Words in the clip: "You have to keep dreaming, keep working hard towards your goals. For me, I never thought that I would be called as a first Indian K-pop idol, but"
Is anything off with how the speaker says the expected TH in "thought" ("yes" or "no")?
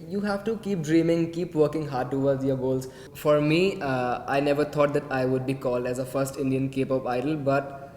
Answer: yes